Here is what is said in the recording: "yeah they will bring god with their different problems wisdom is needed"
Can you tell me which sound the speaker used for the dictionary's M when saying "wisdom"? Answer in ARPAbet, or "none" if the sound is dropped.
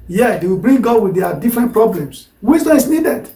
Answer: none